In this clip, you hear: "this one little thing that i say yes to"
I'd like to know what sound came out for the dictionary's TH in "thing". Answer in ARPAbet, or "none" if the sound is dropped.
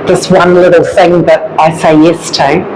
TH